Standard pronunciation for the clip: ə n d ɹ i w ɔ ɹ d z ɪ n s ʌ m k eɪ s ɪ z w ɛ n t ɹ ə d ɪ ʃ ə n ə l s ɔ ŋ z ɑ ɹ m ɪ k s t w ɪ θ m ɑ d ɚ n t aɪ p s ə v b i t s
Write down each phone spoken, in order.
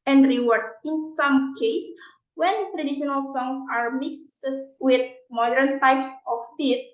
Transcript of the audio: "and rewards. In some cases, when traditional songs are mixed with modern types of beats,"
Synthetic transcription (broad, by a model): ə n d ɹ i w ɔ ɹ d s ɪ n s ʌ m k eɪ ɪ s w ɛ n t ɹ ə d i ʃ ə n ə l s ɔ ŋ s ɑ ɹ m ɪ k s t w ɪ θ m ɑ d ɚ n t aɪ p s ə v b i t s